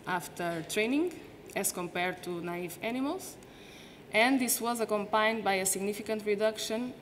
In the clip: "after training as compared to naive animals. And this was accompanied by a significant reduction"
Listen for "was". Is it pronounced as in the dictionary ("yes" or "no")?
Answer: yes